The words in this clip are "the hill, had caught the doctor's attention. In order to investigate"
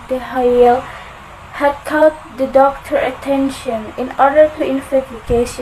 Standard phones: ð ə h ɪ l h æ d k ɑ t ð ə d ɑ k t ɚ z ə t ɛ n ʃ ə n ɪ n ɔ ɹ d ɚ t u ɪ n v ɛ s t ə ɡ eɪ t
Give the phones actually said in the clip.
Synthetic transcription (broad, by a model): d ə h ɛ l h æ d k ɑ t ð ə d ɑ k t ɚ ə t ɛ n ʃ ə n ɪ n ɔ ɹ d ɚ t u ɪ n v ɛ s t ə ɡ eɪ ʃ